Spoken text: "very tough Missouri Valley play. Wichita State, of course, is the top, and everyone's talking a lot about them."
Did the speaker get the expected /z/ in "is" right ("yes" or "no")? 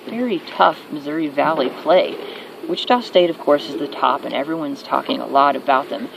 yes